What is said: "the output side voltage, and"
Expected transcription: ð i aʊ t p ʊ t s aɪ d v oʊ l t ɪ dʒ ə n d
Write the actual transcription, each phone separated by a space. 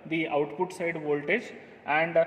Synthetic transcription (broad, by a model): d i aʊ t p ʊ t s aɪ d v oʊ l t ɪ dʒ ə n d